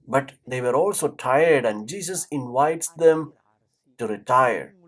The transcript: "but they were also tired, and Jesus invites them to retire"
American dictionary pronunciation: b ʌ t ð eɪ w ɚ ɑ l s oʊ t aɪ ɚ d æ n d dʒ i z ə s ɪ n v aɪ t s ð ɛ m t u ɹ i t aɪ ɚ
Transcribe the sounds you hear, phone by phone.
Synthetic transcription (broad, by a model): b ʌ t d eɪ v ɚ ɑ l s oʊ t aɪ ɚ d æ n d dʒ i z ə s ɪ n v aɪ t s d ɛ m t u ɹ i t aɪ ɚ